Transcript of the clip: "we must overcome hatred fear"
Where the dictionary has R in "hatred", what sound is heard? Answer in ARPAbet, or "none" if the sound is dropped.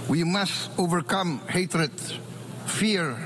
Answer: R